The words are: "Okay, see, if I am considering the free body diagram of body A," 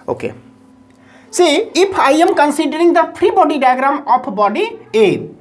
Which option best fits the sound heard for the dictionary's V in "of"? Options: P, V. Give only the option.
P